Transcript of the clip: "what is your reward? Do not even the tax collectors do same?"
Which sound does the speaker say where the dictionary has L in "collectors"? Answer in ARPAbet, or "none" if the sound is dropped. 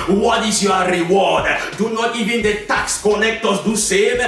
N